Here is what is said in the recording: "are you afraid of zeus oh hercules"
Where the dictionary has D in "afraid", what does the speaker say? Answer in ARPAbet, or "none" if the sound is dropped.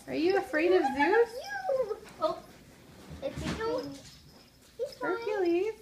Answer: D